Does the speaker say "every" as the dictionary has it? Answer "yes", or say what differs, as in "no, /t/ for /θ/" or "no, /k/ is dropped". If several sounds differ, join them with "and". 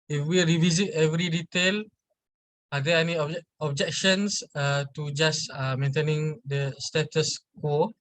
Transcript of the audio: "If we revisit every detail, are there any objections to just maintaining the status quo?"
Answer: yes